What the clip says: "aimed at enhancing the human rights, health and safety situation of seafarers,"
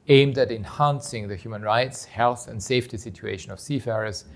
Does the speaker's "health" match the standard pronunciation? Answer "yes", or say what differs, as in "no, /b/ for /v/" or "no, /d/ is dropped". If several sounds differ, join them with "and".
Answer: yes